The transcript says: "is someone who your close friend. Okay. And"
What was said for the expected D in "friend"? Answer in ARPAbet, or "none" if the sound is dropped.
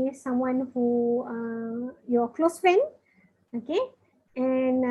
none